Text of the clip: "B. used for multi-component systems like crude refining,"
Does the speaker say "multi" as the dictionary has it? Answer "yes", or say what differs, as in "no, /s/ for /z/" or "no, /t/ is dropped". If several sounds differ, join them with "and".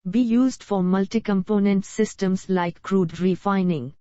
yes